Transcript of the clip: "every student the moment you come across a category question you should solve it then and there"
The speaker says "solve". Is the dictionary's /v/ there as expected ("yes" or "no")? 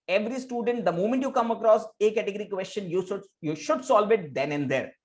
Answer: yes